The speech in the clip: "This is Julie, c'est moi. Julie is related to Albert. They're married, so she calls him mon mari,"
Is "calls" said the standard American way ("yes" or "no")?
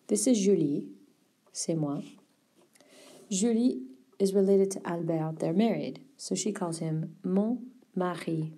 yes